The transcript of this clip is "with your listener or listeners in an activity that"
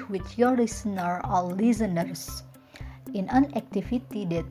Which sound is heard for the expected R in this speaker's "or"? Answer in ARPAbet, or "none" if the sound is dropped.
L